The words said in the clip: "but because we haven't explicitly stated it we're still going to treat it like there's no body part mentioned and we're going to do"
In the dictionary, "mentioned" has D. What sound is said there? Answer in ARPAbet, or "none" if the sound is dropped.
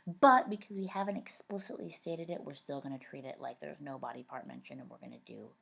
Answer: none